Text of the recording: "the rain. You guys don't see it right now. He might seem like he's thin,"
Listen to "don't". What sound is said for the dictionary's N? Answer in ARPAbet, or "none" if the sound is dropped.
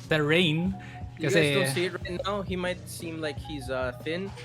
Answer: L